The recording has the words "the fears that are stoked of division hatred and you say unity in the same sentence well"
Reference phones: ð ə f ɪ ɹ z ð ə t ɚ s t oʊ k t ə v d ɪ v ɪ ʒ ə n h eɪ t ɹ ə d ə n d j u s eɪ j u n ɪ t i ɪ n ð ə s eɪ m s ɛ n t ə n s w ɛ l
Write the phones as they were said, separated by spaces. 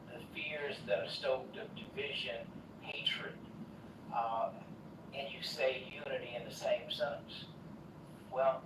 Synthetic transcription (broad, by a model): ð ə f ɪ ɹ z ð ə t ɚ s t oʊ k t ə v d ɪ v ɪ ʒ ə n h eɪ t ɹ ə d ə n j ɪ s eɪ j u n ɪ t i ɪ n ð ə s eɪ m s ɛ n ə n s w ɛ l